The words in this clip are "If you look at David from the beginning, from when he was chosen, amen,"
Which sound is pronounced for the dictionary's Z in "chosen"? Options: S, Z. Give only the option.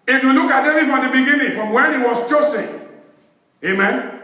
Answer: S